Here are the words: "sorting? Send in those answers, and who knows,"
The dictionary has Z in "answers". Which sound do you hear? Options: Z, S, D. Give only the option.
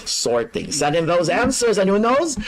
Z